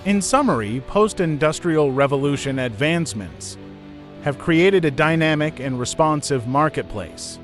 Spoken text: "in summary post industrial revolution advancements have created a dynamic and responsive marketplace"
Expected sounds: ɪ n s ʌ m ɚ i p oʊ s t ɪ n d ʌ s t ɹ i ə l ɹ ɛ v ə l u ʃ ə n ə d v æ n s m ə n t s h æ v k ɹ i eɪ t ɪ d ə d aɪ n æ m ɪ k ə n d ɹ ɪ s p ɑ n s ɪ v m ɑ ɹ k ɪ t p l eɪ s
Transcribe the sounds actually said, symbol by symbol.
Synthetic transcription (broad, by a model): ɪ n s ʌ m ɚ i p oʊ s t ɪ n d ʌ s t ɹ i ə l ɹ ɛ v ə l u ʃ ə n ə d v æ n s m ə n t s h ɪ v k ɹ i eɪ t ɪ d ə d aɪ n æ m ɪ k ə n ɹ ɪ s p ɑ n s ɪ v m ɑ ɹ k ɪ t p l eɪ s